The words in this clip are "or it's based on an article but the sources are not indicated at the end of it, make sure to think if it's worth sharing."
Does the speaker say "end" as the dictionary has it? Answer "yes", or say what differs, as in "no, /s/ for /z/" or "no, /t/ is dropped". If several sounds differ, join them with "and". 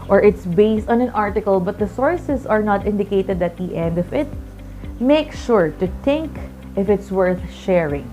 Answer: yes